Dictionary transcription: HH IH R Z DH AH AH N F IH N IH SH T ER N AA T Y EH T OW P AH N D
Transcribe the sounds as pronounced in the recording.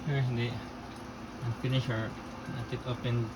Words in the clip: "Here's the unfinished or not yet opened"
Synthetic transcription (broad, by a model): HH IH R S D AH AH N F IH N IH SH ER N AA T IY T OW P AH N